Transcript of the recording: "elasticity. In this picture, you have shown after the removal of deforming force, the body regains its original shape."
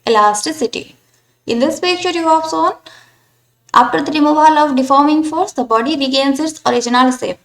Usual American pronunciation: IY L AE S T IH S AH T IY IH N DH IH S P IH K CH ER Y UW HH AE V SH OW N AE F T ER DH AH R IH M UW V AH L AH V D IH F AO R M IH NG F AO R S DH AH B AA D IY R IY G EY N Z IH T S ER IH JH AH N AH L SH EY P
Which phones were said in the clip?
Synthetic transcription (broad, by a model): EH L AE S T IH S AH T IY IH N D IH S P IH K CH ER Y UW HH AE V S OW N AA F T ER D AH R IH M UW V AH L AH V D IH F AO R M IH NG F AO R S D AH B AA D IY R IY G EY N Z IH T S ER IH JH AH N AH L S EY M